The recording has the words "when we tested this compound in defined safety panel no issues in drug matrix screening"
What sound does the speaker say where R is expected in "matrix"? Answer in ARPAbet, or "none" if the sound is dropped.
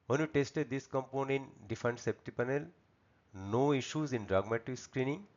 none